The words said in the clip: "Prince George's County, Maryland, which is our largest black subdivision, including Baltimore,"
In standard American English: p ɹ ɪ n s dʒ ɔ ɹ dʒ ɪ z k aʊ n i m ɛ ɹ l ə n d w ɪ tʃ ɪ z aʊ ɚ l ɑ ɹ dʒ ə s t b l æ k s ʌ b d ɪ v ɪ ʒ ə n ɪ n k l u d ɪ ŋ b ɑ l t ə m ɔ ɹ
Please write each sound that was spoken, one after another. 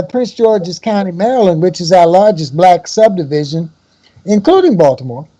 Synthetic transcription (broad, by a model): p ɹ ɪ n s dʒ ɔ ɹ dʒ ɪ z k aʊ n i m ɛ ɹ l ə n w ɪ tʃ ɪ z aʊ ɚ l ɑ ɹ dʒ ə s b l æ k s ʌ b d ɪ v ɪ ʒ ə n ɪ n k l u d ɪ ŋ b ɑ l t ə m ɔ ɹ